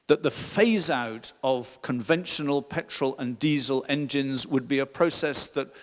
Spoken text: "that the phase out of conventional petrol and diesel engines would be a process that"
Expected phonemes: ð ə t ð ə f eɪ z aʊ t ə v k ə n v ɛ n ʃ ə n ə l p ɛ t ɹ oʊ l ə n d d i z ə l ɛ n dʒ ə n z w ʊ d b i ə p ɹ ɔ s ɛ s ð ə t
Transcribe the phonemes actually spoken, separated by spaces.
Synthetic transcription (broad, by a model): ð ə t ð ə f eɪ z aʊ t ə v k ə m v ɛ n ʃ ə n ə l p ɛ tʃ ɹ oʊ l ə n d d i z ə l ɛ n dʒ ə n z w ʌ d b i ə p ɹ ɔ s ɛ s ð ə t